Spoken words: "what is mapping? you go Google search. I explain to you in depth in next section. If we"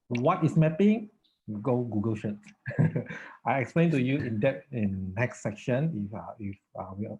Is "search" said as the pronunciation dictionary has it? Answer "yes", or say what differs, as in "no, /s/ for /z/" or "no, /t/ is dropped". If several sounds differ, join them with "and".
no, /ʃ/ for /s/ and /s/ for /tʃ/